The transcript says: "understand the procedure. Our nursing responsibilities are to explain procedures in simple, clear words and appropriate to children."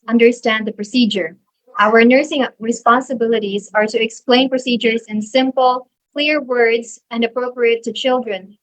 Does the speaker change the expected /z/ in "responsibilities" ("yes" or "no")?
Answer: no